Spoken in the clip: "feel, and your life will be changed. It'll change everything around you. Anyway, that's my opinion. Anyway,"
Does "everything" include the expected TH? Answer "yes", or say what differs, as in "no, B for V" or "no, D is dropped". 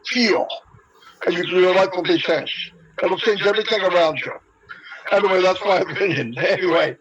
yes